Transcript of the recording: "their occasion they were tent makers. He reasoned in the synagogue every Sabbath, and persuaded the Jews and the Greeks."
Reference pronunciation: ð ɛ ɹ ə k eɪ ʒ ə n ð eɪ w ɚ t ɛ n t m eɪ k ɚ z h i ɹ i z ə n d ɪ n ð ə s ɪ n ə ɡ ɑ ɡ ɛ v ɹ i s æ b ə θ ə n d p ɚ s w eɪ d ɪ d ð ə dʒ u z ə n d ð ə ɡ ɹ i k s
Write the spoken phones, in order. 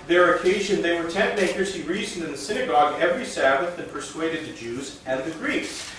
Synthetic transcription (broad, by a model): ð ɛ ɹ ə k eɪ ʒ ə n ð eɪ w ɚ t ɛ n m eɪ k ɚ z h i ɹ i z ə n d ɪ n ð ə s ɪ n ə ɡ ɑ ɡ ɛ v ɹ i s æ b ə θ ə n p ɚ s w eɪ d ɪ d ð ə dʒ u z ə n ð ə ɡ ɹ i k s